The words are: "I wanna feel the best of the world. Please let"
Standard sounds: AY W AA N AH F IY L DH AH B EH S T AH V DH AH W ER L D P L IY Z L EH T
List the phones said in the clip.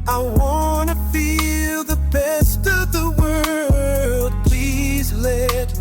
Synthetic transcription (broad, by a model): AY W AA N AH F IY L DH AH B EH S T AH V DH AH W ER L D P L IY Z L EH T